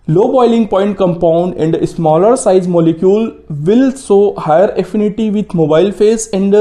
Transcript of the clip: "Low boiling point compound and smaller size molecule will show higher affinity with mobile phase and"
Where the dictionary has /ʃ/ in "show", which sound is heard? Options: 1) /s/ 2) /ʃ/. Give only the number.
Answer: 1